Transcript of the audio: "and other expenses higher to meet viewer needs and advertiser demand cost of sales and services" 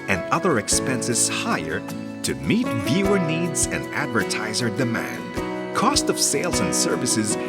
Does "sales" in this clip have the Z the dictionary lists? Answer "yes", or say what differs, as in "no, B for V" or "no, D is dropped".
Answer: yes